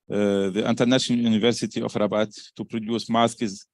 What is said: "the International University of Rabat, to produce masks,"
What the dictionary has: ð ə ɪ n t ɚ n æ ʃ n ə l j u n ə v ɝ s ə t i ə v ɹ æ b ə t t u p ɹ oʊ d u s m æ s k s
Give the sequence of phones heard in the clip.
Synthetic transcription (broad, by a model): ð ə ɪ n t ɚ n æ ʃ n ə l j u n ə v ɝ s ə t i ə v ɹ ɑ b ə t t u p ɹ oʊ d u s m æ s k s